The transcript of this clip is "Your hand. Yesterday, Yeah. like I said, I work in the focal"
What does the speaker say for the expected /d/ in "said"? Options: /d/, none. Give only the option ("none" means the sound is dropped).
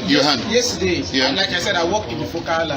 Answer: /d/